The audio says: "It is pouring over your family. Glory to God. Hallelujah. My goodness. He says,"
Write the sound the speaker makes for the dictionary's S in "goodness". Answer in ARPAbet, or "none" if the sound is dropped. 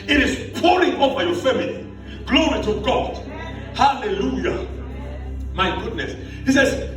S